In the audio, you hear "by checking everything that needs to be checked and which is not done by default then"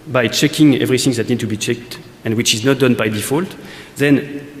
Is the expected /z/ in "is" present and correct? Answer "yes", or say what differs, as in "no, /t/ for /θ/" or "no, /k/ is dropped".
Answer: yes